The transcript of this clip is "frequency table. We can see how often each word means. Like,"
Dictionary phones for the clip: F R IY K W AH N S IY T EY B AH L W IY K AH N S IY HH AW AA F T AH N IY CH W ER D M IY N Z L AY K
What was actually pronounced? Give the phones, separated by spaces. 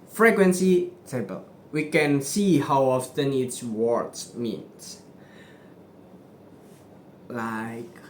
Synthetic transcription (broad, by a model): F R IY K W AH N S IY S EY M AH L W IY K AH N S IY HH AW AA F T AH N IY S W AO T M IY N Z L AY K